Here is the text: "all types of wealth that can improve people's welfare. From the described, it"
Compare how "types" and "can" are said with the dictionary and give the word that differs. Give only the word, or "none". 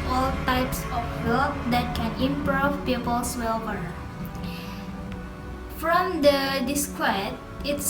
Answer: none